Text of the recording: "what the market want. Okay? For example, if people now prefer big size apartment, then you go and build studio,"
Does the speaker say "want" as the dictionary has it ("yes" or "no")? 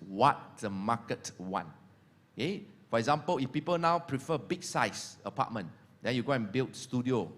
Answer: no